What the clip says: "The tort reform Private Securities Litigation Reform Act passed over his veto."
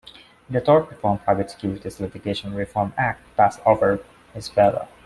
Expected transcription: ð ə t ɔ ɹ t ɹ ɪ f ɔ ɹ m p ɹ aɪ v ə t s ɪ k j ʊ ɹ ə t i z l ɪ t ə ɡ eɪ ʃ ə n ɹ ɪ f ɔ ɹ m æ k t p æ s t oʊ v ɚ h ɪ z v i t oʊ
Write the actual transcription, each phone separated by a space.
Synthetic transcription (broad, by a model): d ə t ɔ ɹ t ɹ ɪ f ɔ ɹ m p aɪ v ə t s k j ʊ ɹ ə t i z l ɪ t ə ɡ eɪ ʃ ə n ɹ ɪ f ɔ ɹ m æ k t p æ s oʊ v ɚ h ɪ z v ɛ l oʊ